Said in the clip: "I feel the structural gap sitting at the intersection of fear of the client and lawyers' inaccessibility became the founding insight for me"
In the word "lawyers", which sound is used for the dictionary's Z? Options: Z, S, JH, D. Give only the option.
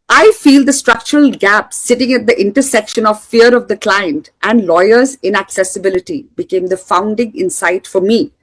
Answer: Z